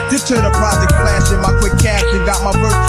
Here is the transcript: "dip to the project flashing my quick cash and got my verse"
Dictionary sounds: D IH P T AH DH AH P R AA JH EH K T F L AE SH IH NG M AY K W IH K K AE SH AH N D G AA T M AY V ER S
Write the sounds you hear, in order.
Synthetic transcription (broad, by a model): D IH T AH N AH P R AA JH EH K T P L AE S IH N M AY K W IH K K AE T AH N G AA T M AY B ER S